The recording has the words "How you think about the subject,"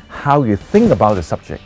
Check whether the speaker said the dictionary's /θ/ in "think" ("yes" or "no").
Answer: yes